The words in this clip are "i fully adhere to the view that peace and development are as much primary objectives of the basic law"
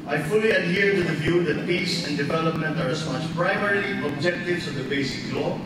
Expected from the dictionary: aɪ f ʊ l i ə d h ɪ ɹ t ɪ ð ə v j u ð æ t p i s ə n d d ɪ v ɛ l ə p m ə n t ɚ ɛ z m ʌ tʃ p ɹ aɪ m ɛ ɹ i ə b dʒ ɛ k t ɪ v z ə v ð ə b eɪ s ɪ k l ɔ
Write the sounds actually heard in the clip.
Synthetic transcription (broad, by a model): aɪ f ʊ l i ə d h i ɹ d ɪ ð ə v j u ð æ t p i s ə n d d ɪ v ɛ l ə p m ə n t ɚ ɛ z m ʌ tʃ p ɹ aɪ m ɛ ɹ i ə b dʒ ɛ k t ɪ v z ə v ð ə b eɪ s ɪ k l ɔ